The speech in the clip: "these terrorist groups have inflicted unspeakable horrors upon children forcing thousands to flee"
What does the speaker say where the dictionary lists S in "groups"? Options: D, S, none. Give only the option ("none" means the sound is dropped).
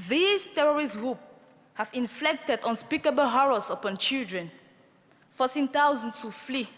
none